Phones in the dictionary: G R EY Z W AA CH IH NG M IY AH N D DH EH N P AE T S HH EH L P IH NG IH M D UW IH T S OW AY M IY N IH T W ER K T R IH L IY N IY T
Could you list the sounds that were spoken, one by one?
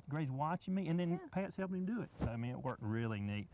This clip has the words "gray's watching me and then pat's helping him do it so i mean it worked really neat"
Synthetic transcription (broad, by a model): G R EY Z W AA CH IH NG M IY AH N DH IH N P AE T S HH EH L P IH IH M D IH IH T S OW AY M IY N IH T W ER K T R IH L IY N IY T